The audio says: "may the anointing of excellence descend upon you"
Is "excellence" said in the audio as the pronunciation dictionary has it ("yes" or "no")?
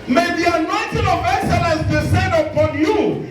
no